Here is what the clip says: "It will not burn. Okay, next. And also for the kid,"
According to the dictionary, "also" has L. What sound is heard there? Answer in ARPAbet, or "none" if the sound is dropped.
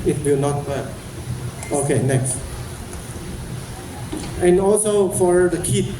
L